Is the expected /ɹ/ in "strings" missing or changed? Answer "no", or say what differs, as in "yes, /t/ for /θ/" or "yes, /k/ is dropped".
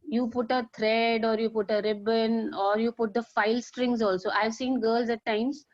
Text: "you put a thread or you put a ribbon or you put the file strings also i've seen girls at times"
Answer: no